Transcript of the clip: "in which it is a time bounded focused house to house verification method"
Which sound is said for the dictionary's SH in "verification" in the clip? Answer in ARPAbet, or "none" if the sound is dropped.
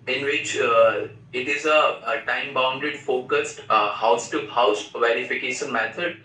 SH